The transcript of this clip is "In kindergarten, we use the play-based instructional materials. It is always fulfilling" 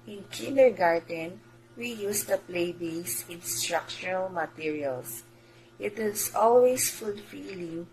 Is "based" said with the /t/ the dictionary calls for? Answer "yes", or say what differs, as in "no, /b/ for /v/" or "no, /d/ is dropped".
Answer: no, /t/ is dropped